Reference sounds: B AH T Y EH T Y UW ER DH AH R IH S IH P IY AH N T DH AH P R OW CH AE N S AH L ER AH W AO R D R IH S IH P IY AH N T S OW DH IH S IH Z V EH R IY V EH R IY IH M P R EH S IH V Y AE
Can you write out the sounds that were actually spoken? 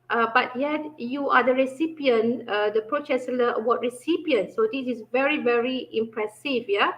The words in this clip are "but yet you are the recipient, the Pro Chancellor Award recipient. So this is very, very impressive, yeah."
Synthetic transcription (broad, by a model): B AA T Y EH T Y UW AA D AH R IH S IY P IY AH N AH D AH P R OW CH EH S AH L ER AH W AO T R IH S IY P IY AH N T S OW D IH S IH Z V EH R IY V EH R IY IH M P R EH S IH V Y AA